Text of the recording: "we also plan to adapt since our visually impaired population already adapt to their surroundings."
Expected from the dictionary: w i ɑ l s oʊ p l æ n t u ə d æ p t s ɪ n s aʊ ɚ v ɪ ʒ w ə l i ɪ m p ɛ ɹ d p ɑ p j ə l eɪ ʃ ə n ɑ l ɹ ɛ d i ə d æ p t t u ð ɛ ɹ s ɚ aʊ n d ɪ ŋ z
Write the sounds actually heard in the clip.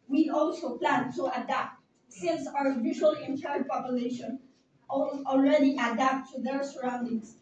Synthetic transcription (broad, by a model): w i ɑ l s oʊ p l æ n t u ə d æ p t s ɪ n s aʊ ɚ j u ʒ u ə l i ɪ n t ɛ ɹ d p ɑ p j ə l eɪ ʃ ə n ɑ l ɹ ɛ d i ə d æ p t t u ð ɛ ɹ s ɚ aʊ n d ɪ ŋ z